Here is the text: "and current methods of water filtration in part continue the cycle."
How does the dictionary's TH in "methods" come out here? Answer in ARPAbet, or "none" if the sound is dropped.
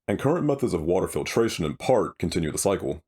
TH